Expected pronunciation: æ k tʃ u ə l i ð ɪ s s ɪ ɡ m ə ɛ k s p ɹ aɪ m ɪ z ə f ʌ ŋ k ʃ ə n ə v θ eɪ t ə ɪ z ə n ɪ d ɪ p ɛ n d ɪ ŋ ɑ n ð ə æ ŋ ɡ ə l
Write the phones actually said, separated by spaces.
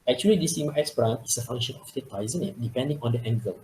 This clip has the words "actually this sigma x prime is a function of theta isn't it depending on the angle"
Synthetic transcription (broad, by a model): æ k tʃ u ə l i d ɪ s s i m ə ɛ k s b ɹ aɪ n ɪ s ə f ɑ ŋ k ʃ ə n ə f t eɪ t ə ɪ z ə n ɪ d ɪ p ɛ n d ɪ ŋ ɑ n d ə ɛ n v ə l